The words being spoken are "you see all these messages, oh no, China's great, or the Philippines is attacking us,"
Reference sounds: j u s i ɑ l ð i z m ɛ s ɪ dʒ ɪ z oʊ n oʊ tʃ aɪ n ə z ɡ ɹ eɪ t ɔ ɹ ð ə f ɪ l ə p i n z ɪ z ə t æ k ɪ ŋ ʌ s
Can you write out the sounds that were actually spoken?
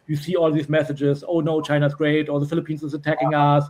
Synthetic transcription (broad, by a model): j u s i ɑ l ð i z m ɛ s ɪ dʒ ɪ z oʊ n oʊ tʃ aɪ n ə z ɡ ɹ eɪ t ɔ l ð ə f ɪ l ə p i n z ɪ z ə t æ k ɪ ŋ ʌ s